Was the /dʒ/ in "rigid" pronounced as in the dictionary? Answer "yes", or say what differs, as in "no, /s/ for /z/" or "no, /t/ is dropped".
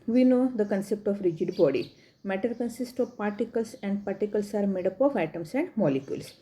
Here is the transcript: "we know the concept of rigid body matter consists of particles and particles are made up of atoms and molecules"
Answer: yes